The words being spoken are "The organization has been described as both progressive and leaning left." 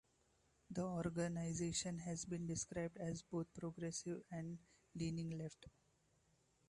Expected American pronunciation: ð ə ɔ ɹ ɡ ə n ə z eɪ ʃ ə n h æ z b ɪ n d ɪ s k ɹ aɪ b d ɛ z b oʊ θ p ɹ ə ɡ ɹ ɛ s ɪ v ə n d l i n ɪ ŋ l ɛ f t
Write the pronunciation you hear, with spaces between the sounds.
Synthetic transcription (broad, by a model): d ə ɔ ɹ ɡ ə n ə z eɪ ʃ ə n h æ z b ɪ n d ɪ s k ɹ aɪ b d ɛ z b oʊ t p ɹ ə ɡ ɹ ɛ s ɪ v ə n d l i n ɪ ŋ l ɛ f t